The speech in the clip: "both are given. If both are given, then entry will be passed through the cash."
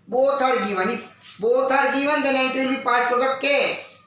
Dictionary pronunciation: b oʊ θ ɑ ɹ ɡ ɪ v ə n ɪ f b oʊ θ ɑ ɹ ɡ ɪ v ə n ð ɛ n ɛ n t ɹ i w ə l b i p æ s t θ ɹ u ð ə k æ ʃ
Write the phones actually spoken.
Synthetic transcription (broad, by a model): b oʊ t ɑ ɹ ɡ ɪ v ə n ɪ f b oʊ t ɑ ɹ ɡ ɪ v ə n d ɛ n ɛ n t i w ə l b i p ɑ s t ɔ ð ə k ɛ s